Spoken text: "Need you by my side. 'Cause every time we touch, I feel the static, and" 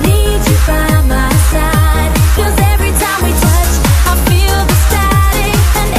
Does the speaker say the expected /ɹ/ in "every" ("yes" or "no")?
yes